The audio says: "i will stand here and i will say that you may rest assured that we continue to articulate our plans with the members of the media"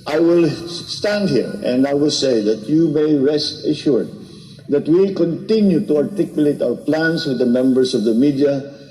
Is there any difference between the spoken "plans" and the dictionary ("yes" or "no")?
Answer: yes